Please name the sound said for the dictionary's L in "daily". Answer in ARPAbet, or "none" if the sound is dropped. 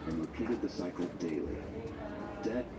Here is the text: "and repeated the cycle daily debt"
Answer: L